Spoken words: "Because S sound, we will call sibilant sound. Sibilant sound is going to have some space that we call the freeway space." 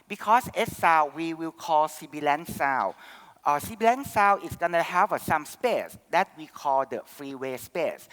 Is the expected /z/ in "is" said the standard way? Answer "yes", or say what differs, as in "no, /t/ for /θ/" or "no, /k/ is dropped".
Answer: no, /s/ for /z/